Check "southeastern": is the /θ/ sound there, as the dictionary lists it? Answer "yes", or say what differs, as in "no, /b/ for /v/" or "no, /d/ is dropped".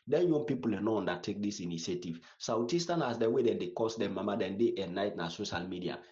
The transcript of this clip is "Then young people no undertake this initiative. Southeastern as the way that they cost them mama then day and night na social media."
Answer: no, /t/ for /θ/